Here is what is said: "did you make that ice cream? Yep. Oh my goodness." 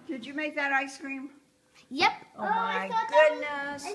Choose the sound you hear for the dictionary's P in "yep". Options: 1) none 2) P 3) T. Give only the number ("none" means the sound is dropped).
2